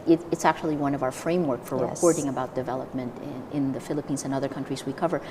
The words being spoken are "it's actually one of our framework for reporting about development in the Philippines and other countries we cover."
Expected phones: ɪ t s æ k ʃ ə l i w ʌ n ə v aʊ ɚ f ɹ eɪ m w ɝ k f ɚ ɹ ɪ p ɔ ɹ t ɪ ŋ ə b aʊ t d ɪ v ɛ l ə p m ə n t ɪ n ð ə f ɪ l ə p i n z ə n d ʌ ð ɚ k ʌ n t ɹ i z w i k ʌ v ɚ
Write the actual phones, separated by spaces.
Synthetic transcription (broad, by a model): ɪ t s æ k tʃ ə l i w ʌ n ə v aʊ ɚ f ɹ eɪ m w ɝ k f ɚ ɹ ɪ ɔ ɹ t ɪ ŋ ə b aʊ t d ɪ v ɛ l ə p m ə n t ɪ n ð ə f ɪ l ə p i n z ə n ʌ ð ɚ k ʌ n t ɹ i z w i k ʌ v ɚ